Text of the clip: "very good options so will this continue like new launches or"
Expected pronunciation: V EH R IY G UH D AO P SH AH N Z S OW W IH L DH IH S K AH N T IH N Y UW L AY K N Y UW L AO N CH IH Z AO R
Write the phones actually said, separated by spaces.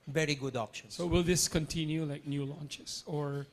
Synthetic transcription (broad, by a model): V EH R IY G UH D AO P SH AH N S OW W IH L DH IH S K AH N T IH N Y UW L AY K N Y UW L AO N CH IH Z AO R